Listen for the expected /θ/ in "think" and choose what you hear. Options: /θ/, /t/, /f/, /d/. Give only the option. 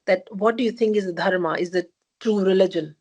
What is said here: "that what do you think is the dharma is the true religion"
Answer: /t/